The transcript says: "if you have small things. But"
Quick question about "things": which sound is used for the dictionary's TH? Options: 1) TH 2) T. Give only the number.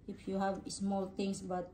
2